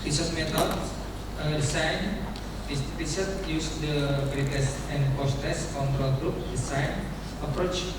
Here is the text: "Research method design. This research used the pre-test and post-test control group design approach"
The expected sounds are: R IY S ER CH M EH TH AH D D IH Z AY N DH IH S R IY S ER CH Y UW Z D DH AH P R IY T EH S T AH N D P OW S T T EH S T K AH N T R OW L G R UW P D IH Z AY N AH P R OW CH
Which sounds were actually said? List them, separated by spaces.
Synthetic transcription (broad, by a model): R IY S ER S M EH T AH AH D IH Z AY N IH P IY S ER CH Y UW S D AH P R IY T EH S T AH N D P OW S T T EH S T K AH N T R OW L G R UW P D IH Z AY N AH P R OW CH